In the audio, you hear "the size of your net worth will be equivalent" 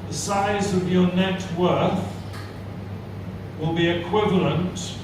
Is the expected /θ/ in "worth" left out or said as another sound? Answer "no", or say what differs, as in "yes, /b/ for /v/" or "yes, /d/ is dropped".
no